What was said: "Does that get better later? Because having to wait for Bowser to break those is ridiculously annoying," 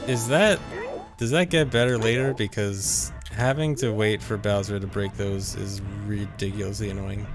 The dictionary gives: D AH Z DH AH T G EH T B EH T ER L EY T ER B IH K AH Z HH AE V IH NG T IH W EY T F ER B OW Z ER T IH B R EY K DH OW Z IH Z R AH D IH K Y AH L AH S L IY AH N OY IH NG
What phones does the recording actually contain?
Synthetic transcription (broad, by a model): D AH Z DH AH T G EH T B EH T ER L EY T ER B IH K AH Z HH AE V IH NG T IH W EY T F ER B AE Z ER T IH B R EY K DH OW Z IH Z R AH D IH K Y L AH S L IY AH N OY IH NG